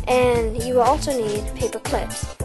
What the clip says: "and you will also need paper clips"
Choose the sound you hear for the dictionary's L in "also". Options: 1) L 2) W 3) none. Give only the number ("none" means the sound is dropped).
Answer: 1